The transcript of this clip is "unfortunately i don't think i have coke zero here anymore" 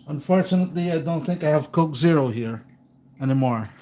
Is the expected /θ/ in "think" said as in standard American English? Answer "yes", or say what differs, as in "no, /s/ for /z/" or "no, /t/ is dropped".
yes